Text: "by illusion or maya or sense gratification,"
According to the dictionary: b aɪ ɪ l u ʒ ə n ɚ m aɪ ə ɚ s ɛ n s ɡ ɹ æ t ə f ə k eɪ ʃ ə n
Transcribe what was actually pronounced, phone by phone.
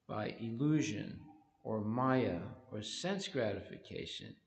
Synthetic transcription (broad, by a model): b aɪ ɪ l u ʒ ə n ɚ m aɪ ə ɚ s ɛ n s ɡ ɹ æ t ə f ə k eɪ ʃ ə n